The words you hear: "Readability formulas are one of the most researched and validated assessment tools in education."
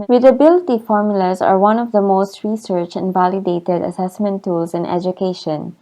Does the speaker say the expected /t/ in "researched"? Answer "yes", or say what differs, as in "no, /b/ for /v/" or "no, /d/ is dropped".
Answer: no, /t/ is dropped